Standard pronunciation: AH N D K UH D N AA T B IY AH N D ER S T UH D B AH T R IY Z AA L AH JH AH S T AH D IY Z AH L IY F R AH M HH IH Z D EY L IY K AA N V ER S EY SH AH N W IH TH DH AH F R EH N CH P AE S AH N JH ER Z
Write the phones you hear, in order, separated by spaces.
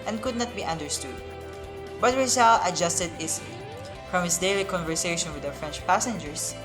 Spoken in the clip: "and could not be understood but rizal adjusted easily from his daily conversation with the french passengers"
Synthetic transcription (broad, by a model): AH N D K UH D N AA T B IY AH N D ER S T UH D B AH T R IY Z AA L AH JH AH S T AH D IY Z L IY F R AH M HH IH S D EY L IY K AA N V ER S EY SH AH N W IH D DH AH F R EH N CH P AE S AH N JH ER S